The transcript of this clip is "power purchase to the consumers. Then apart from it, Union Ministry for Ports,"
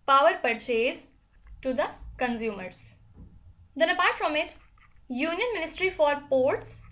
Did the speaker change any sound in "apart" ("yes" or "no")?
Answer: no